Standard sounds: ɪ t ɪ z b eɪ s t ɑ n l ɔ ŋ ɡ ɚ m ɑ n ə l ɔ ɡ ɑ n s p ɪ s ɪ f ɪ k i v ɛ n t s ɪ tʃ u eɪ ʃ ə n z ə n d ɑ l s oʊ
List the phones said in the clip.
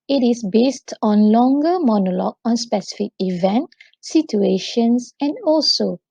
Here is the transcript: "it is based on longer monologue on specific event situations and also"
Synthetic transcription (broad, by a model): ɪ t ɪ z b eɪ s t ɑ n l ɔ ŋ ɡ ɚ m ɑ n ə l ɔ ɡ ɑ n s p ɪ s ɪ f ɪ k i v ɛ n t s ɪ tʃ u eɪ ʃ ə n s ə n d ɑ l s oʊ